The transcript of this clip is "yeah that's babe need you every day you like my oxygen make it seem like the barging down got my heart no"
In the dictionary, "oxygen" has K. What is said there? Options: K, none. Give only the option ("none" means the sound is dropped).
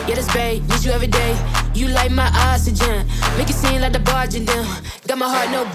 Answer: none